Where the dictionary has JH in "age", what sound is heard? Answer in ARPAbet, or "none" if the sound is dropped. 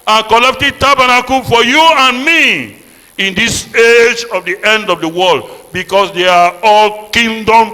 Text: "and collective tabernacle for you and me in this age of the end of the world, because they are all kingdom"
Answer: JH